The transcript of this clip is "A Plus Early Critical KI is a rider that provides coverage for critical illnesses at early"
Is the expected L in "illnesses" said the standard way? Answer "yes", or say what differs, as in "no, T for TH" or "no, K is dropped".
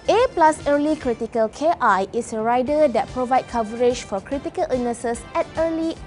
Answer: no, L is dropped